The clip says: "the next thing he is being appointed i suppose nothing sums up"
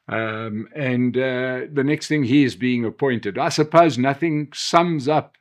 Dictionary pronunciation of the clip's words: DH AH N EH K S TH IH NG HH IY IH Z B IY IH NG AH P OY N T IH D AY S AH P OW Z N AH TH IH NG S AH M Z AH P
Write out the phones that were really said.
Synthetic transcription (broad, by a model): DH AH N EH K S TH IH NG HH IY IH Z B IY IH NG AH P OY N T IH D AY S AH P OW Z N AH TH IH NG S AH M Z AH P